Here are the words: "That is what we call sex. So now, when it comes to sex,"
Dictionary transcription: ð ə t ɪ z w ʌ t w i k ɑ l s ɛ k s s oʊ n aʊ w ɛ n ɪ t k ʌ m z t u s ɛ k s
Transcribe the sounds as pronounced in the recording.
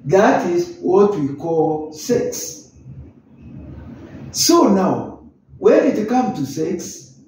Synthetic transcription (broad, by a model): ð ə t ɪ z w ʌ t w i k ɑ l s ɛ k s s oʊ n aʊ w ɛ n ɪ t k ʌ m t u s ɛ k s